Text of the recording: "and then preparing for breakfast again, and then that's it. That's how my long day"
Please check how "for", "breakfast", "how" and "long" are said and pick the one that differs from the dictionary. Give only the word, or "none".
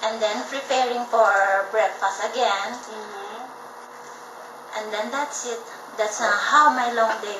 breakfast